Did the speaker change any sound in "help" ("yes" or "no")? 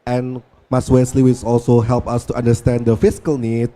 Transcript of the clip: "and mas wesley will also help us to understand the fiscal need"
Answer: no